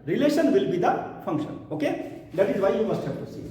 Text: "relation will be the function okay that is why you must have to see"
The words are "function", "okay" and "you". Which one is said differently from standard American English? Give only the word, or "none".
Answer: function